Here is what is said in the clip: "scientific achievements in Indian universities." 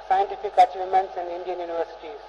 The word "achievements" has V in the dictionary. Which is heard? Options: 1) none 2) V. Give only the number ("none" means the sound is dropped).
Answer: 1